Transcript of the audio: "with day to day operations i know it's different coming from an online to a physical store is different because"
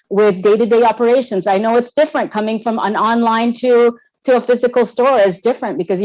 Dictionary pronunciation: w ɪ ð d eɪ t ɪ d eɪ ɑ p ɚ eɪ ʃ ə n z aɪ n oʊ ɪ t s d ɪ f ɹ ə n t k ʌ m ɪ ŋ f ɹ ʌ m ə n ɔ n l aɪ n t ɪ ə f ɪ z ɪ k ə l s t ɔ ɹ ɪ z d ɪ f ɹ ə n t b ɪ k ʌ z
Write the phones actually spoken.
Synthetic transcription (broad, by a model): w ɪ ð d eɪ t ɪ d eɪ ɑ p ɚ eɪ ʃ ə n z aɪ n oʊ ɪ t s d ɪ f ɹ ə n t k ʌ m ɪ ŋ f ɹ ʌ m ə n ɔ n l aɪ n t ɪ ə f ɪ z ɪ k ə l s t ɔ ɹ ɪ z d ɪ f ɹ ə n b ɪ k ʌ z